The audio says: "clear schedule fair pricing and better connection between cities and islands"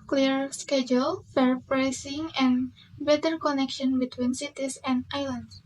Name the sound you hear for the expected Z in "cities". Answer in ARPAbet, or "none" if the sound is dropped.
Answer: S